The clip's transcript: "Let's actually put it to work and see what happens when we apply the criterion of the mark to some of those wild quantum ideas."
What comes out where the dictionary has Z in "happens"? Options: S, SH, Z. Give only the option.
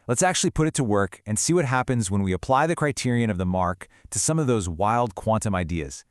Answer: Z